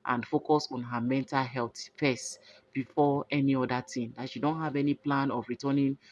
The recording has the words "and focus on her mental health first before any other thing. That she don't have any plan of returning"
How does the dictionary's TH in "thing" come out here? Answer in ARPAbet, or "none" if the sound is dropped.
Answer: T